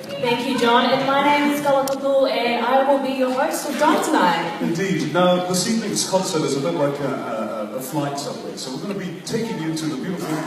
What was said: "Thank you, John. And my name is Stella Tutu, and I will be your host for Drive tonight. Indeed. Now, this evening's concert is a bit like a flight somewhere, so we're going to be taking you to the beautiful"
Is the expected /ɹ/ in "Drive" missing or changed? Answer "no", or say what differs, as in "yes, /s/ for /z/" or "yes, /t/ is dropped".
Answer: yes, /ɹ/ is dropped